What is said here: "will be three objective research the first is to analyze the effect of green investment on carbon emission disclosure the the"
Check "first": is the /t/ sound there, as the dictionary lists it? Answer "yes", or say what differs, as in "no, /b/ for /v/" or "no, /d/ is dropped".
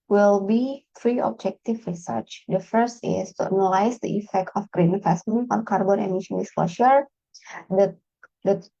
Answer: yes